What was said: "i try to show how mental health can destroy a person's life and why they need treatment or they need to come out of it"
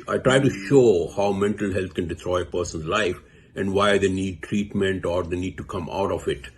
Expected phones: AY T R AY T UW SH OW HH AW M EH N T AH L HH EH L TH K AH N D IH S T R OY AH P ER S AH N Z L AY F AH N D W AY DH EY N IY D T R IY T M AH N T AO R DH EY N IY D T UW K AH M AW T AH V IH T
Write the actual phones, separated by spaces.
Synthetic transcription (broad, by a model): AY T R AY T UW SH OW HH AW M EH N T AH L HH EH L T K AH N D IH T R OY AH P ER S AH N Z L AY F AH N D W AY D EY N IY D T R IY T M AH N T AO R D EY N IY D T UW K AH M AW T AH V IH T